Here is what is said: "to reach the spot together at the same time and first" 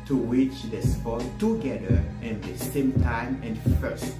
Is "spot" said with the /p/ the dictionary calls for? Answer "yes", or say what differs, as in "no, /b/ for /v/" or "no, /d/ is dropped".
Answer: no, /f/ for /p/